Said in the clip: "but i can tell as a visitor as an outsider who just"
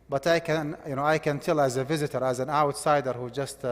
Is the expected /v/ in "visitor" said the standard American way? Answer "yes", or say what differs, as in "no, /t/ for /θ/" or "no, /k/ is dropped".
yes